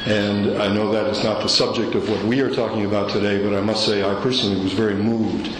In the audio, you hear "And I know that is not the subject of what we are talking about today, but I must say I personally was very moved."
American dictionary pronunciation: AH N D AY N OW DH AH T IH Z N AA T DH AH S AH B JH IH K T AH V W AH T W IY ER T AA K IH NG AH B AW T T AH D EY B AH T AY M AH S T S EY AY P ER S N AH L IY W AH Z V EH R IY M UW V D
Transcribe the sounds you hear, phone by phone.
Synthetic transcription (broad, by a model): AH N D AY N OW DH AH T IH Z N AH T DH AH S AH B JH IH K T AH V W AH T W IY ER T AA K IH NG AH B AW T T AH D EY B AH T AY M AH S T S EY AY P ER S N L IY W AH Z V EH R IY M UW V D